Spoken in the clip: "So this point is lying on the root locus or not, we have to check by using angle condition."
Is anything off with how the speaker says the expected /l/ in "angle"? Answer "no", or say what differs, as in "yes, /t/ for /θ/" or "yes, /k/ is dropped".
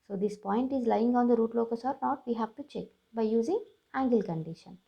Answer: no